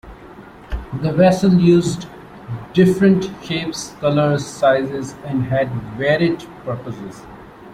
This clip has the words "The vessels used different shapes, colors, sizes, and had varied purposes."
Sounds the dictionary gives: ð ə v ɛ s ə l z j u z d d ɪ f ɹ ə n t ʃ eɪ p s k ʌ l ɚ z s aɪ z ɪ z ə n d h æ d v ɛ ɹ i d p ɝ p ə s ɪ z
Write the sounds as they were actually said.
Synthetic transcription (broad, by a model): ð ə v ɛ s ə l j u z d d ɪ f ɹ ə n t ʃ eɪ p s k ʌ l ɚ z s aɪ z ɪ z ə n d h æ d v ɛ ɹ i d p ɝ p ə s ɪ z